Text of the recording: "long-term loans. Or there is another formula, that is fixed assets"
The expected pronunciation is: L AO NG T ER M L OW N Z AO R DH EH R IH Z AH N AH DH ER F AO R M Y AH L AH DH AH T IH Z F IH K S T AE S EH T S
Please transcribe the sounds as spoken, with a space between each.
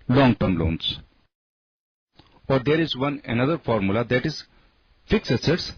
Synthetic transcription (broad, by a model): L AO NG T ER M L OW N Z AO R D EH R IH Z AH N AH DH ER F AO R M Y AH L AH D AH T IH Z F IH K S EH S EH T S